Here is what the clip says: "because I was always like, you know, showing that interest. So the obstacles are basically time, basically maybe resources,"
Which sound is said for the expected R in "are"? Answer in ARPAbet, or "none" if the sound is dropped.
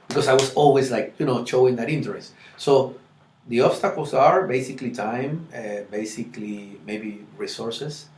R